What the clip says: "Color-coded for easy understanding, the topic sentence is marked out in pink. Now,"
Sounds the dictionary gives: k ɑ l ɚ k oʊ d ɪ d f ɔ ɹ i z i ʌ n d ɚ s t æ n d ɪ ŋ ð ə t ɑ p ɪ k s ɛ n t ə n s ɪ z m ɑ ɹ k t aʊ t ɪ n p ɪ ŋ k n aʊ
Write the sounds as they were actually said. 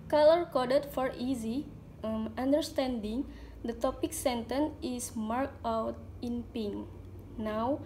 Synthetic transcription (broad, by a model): k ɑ l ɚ k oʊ d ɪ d f ɔ ɹ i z i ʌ n d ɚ s t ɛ n d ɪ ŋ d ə t ɑ p ɪ k s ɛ n t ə n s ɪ s m ɑ ɹ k aʊ t ɪ n p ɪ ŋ n aʊ